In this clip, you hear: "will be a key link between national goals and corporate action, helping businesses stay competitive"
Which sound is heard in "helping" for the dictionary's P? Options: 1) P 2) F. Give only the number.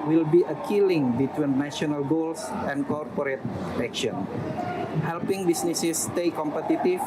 1